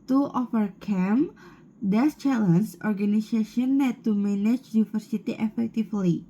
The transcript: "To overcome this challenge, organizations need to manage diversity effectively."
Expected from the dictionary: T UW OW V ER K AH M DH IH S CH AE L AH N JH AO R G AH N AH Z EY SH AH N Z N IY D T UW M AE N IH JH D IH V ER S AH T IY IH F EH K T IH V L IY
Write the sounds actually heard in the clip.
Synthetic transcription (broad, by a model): T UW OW F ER K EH M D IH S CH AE L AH N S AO R G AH N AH S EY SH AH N N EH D T UW M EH N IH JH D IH F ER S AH T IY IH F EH K T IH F L IY